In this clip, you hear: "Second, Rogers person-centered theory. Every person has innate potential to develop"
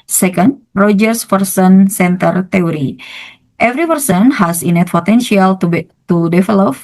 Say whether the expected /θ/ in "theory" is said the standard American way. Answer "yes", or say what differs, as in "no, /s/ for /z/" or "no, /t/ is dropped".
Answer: no, /t/ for /θ/